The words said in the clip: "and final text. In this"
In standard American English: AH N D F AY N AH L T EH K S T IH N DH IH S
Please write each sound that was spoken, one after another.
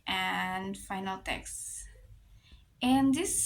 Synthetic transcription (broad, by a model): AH N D F AY N AH L T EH K S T IH N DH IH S